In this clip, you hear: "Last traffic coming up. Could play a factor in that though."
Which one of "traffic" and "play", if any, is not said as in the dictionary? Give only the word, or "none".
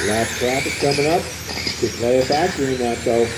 traffic